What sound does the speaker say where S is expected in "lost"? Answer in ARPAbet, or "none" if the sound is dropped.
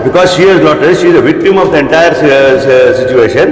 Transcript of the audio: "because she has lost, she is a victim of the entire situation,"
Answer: none